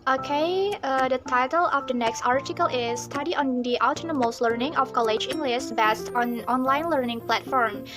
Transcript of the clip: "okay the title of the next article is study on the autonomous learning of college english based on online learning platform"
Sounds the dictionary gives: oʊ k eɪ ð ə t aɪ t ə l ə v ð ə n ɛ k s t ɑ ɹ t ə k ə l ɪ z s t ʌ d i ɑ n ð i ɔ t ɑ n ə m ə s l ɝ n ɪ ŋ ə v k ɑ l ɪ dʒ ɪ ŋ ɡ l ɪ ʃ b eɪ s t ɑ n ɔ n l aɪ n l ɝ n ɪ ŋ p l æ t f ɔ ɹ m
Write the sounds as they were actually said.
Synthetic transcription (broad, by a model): oʊ k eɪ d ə t aɪ t ə l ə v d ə n ɛ k s t ɑ ɹ t ə k ə l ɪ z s t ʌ d i ɑ n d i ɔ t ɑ n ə m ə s l ɝ n ɪ ŋ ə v k ɑ l ɪ dʒ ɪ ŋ ɡ l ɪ s b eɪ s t ɑ n ɔ n l aɪ n l ɝ n ɪ ŋ p l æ t f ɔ ɹ m